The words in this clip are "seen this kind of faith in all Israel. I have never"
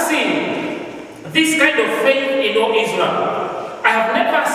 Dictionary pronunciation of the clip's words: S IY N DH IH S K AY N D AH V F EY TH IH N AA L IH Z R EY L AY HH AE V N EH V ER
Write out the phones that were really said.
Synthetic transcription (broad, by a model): S IY N DH IH S K AY N D AH V F EY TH IH N AA L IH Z L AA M AY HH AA V N EH V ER